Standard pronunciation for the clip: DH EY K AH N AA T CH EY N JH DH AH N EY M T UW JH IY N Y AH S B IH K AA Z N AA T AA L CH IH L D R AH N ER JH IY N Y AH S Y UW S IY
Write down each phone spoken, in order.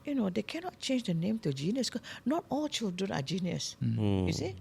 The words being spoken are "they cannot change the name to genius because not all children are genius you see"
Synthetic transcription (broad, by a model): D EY K AH N AA T CH EY N JH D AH N EY M T UW JH IY N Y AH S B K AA N AA T AA L CH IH L D R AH N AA JH IY N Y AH S Y UW S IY